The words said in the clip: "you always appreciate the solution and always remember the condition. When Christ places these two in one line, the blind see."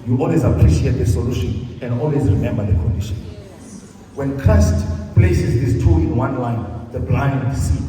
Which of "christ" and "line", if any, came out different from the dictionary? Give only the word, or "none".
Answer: christ